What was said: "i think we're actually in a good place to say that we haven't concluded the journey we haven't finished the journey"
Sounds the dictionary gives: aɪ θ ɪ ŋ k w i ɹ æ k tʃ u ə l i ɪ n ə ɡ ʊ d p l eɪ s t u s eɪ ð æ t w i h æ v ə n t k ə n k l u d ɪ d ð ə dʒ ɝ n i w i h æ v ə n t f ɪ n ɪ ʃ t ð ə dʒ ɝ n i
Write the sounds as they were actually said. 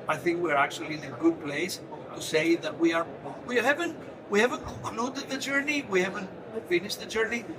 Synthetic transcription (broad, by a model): aɪ θ ɪ ŋ k w i ɹ æ k tʃ u ə l i ɪ n ə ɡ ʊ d p l eɪ s t u s eɪ ð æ t w i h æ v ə n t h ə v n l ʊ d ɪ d ð ə dʒ ɝ n i w i h æ v ə n t f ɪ n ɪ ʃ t ð ə dʒ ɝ n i